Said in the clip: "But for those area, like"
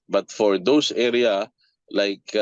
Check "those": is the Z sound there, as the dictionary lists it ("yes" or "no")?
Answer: no